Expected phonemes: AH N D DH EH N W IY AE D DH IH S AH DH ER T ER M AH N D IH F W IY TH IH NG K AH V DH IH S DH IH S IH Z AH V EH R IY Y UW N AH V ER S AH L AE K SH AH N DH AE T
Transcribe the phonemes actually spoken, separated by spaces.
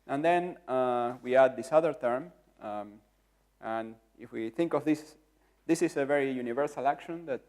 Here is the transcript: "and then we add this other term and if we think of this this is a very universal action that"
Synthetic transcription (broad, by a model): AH N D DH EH N W IY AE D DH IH S AH DH ER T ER M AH N IH F W IY TH IH NG K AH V DH IH S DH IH S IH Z AH V EH R IY Y UW N AH V ER S AH L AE K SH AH N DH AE T